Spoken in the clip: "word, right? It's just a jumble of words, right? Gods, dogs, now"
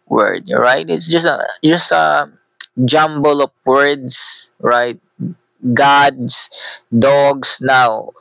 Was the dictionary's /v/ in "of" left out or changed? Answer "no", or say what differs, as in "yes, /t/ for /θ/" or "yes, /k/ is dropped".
yes, /p/ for /v/